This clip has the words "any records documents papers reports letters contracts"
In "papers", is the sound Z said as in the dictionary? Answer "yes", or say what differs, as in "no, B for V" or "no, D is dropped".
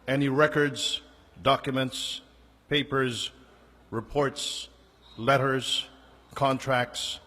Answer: yes